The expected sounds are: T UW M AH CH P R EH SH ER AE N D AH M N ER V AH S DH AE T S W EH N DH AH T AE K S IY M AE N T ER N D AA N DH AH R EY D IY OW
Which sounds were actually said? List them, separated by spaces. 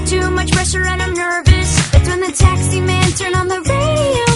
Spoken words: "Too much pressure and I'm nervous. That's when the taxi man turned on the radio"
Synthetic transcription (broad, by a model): T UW M AH CH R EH S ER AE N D AH M N ER V AH S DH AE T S W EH N DH AH T AE K S IY M AE N T ER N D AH N DH AH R EY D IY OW